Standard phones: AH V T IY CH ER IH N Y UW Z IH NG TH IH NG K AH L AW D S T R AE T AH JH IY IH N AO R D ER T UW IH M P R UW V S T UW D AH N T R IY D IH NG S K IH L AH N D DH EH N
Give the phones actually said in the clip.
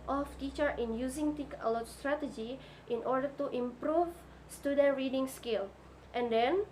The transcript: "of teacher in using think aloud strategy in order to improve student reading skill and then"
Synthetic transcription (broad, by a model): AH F T IY CH ER IH N Y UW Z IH NG T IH K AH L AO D S T R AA T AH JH IY IH N AO R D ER T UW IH M P R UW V S T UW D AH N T R IY D IH NG S K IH L AH N D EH N